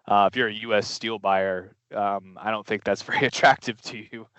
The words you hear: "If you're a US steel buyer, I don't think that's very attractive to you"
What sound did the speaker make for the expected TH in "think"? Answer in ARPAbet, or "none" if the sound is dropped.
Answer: TH